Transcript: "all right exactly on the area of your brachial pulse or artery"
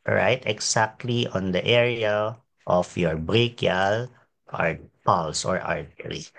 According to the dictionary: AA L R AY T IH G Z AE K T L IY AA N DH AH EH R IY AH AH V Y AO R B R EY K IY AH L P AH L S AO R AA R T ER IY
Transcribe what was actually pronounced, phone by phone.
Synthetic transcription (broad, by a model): R AY T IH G S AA K T L IY AA N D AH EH R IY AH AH F Y AO R B R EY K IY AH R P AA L S AO R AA R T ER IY